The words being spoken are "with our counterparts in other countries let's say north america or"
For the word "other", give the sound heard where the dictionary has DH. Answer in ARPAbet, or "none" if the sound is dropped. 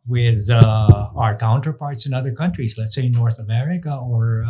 DH